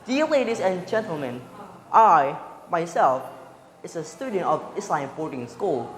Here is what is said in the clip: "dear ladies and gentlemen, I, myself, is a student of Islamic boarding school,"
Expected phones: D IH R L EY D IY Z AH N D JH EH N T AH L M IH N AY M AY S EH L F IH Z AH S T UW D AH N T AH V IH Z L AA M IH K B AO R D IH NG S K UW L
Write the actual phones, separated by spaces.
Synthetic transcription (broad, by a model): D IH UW L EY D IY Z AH N JH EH N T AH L M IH N AY M AY S EH L F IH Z AH S T UW D AH N T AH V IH S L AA IH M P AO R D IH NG S K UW L